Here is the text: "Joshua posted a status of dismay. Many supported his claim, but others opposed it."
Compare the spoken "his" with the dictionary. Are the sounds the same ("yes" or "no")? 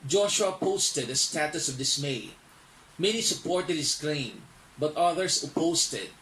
no